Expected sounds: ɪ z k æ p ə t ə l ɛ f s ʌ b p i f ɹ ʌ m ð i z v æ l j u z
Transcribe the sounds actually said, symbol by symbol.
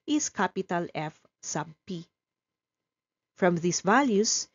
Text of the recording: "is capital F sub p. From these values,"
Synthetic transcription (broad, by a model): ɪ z k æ p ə t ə l ɛ f s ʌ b p i f ɹ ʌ m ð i s v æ l j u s